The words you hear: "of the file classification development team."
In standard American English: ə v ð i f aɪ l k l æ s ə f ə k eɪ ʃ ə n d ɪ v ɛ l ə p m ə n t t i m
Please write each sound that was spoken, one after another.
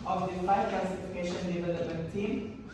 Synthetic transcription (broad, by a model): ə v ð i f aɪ k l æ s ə f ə k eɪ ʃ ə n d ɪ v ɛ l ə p ə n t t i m